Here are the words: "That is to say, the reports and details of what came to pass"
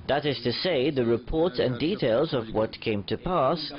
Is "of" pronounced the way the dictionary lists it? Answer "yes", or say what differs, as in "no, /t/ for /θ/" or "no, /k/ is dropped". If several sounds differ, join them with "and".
yes